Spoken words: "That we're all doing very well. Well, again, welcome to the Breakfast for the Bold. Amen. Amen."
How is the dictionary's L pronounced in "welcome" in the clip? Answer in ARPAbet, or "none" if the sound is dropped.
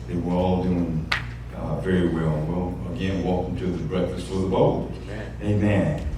none